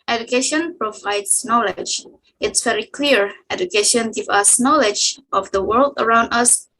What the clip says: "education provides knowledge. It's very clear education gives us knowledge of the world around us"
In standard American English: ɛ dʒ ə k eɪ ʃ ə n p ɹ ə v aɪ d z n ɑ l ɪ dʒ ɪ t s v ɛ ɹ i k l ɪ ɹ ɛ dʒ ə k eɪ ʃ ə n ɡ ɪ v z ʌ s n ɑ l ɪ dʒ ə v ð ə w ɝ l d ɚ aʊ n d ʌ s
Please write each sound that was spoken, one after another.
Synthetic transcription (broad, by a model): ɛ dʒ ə k eɪ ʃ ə n p ɹ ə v aɪ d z n ɑ l ɪ dʒ ɪ t s v ɛ ɹ i k l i ɹ ɛ dʒ ə k eɪ ʃ ə n ɡ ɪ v ʌ s n ɑ l ɪ dʒ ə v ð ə w ɝ l d ɚ aʊ n d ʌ s